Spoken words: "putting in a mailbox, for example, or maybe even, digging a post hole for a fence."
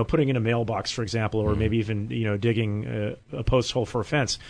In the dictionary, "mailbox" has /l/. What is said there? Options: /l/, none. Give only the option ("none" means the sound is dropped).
/l/